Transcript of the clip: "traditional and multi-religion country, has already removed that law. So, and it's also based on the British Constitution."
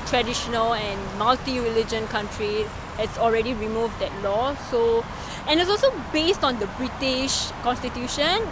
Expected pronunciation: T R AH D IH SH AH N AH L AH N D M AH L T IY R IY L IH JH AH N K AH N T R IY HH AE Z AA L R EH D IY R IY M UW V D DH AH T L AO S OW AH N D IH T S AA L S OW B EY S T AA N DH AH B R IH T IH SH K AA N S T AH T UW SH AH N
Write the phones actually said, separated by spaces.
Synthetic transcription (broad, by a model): T R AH D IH SH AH N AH L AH N M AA L T IY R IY L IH JH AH N K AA N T R IY HH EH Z AA L R EH D IY R IY M UW V D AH T L AO S OW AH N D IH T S AA L S OW B EY S T AA N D AH B R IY T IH SH K AA N S T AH T UW SH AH N